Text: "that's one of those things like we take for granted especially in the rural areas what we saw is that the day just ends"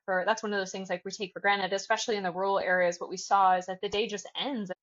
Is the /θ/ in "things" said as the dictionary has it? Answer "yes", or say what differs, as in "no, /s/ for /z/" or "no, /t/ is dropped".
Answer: yes